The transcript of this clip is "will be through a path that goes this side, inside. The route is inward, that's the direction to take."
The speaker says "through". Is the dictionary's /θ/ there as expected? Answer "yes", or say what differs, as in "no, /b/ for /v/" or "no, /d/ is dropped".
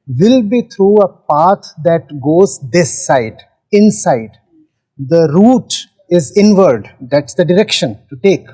no, /t/ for /θ/